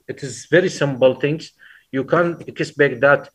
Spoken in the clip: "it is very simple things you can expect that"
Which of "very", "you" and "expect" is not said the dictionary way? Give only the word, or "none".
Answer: expect